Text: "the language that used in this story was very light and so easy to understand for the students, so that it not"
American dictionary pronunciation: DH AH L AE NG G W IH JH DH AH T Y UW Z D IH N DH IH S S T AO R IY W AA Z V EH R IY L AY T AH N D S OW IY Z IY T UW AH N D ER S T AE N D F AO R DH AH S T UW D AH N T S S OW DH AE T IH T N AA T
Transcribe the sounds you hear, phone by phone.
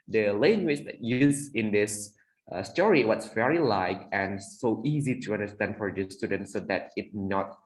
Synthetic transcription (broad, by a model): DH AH L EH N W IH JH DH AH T Y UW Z IH N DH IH S S T AO R IY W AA S V EH R IY L AY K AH N S OW IY Z IY T UW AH N D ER S T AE N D F AO R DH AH S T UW D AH N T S S OW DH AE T IH T N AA T